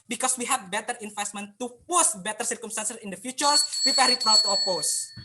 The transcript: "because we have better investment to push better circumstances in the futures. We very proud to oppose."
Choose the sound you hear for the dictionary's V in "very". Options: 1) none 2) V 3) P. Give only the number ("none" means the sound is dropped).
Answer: 3